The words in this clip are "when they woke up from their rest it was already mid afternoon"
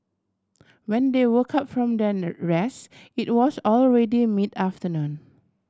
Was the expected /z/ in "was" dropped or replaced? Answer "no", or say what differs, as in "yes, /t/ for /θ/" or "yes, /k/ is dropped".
yes, /s/ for /z/